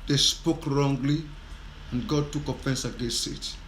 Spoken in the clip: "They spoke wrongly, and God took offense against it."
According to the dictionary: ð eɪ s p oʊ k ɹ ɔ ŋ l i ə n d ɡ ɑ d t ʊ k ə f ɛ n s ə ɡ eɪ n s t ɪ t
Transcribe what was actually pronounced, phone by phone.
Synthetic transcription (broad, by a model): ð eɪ s p oʊ k ɹ ɔ ŋ l i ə n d ɡ ɑ d t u k ə f ɛ n s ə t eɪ s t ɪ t